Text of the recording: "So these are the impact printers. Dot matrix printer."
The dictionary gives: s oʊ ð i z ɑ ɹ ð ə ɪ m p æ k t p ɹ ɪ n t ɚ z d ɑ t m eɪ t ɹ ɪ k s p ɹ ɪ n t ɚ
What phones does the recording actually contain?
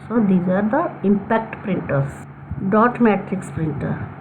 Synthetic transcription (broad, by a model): s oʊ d i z ɑ ɹ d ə ɪ m p æ k t p ɹ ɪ n t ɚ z d ɑ t m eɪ t ɹ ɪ k s p ɹ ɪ n t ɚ